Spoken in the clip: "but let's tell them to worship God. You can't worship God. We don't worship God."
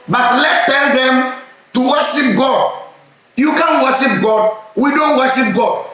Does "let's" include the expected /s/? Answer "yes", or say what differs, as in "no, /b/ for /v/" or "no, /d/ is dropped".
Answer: no, /s/ is dropped